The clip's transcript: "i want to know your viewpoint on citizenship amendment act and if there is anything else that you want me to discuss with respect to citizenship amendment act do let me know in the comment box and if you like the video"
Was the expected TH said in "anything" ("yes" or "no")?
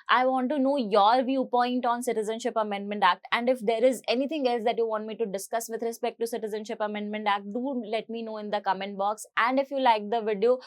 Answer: no